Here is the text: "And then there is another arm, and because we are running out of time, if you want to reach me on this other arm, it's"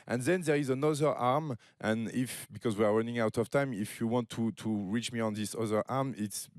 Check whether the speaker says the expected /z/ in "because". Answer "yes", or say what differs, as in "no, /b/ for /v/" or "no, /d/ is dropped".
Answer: yes